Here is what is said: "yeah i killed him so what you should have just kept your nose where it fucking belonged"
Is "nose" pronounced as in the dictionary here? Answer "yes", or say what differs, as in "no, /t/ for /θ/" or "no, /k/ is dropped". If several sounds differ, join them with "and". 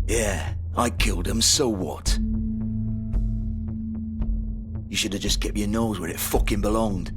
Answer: yes